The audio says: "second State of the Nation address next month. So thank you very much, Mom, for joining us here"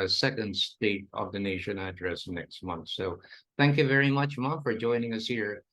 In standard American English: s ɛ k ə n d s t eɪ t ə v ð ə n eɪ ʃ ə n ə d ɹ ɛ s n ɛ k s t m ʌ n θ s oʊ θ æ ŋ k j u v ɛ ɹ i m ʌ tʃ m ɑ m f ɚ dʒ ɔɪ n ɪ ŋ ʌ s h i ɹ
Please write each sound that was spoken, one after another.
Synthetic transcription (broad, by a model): s ɛ k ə n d s t eɪ t ə v ð ə n eɪ ʃ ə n ə d ɹ ɛ s n ɛ k s t m ʌ n θ s oʊ θ æ ŋ k j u v ɛ ɹ i m ʌ tʃ m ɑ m f ɚ dʒ ɔɪ n ɪ ŋ ʌ s h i ɹ